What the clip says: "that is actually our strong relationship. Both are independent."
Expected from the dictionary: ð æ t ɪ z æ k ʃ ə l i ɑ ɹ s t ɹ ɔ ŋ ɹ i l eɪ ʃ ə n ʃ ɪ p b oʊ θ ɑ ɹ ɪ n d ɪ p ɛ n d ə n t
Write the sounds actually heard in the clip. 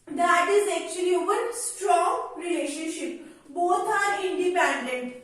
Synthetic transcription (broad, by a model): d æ t ɪ z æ k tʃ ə l i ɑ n s t ɹ ɔ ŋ ɹ i l eɪ ʃ ə n ʃ ɪ p b oʊ t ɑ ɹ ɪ n d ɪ p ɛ n d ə n t